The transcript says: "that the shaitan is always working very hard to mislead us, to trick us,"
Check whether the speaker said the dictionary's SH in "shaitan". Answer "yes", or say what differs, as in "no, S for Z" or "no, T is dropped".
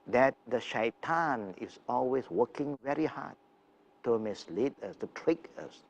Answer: yes